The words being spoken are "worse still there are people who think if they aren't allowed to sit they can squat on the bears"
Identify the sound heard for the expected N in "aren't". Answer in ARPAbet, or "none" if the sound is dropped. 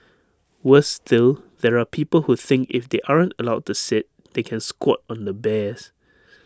N